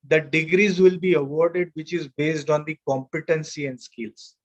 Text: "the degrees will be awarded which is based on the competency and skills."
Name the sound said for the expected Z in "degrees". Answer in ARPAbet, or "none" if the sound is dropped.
Z